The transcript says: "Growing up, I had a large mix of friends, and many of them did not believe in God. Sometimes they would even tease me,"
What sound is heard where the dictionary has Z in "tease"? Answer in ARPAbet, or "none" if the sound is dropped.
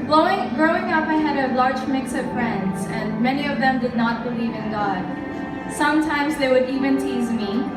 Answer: Z